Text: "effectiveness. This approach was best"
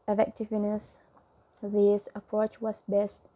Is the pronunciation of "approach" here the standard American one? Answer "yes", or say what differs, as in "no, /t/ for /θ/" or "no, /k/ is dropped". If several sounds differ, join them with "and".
yes